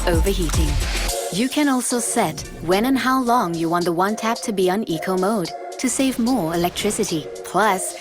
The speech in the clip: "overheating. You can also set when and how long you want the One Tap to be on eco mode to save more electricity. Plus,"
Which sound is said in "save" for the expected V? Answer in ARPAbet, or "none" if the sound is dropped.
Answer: V